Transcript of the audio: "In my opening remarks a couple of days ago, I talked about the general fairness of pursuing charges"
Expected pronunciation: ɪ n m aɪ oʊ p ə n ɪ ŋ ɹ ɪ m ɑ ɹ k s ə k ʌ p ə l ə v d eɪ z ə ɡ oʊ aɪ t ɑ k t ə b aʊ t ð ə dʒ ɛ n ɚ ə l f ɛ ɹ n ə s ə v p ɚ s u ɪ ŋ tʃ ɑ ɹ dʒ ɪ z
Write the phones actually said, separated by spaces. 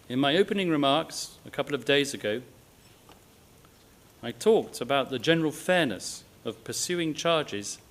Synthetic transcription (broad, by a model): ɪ n m aɪ oʊ p ə n ɪ ŋ ɹ ɪ m ɑ ɹ k s ə k ʌ p l ə v d eɪ z ə ɡ oʊ aɪ t ɑ k t ə b aʊ t ð ə dʒ ɛ n ɚ ə l f ɛ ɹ n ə s ə v p ɚ s u ɪ ŋ tʃ ɑ ɹ dʒ ɪ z